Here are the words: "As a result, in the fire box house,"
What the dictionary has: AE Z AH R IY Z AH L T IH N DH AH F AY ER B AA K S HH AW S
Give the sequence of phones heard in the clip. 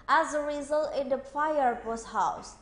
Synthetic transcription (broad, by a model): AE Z AH R IY Z AH L T IH N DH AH F AY ER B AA S HH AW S